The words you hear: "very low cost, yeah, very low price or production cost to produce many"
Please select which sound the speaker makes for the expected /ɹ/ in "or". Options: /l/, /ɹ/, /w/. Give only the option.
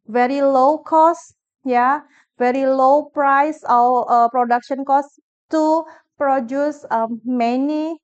/l/